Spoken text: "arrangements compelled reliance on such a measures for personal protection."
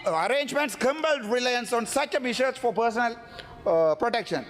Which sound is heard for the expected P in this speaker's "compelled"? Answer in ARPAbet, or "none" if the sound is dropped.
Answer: B